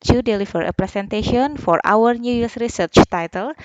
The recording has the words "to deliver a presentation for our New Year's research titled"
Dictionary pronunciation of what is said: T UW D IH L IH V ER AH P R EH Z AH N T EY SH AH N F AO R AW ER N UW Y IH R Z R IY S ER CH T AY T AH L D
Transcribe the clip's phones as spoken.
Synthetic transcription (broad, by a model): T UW D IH L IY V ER AH P R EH S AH N T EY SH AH N F AO R AW ER N UW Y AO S R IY S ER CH T AY T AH L